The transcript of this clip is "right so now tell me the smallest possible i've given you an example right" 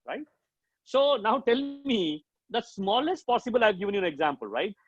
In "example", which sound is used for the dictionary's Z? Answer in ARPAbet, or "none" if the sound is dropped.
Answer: Z